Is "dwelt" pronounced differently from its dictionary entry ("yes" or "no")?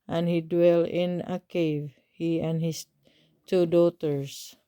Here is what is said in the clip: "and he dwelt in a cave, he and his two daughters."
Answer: yes